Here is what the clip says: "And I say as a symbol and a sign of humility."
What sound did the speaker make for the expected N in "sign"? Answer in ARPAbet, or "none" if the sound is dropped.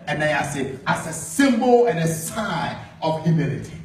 none